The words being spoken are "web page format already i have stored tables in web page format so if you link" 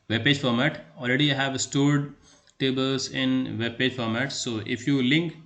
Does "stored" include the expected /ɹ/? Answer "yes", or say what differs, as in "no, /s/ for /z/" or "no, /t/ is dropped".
yes